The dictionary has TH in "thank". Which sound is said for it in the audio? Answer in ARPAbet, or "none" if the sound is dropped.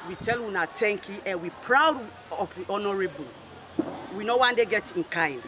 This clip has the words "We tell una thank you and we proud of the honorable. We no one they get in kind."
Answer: T